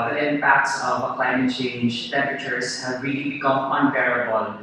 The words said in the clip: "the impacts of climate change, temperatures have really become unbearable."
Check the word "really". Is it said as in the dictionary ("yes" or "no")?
yes